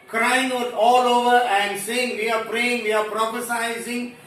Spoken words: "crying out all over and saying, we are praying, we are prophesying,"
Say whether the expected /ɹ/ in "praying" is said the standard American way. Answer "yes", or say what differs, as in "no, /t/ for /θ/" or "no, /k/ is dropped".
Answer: yes